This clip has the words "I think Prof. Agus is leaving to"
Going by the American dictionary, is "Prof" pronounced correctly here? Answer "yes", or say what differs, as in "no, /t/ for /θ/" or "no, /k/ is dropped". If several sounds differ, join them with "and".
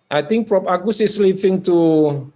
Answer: no, /p/ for /f/